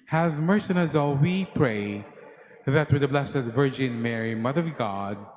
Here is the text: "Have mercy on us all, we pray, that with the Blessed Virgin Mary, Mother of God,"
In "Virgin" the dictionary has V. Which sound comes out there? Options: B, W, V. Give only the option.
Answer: V